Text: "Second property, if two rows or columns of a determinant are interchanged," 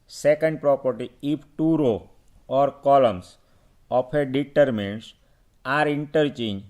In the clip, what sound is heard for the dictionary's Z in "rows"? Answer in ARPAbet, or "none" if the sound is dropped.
none